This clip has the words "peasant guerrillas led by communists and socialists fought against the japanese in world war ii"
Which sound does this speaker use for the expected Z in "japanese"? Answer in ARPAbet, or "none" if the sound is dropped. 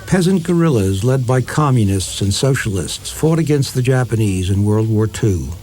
Z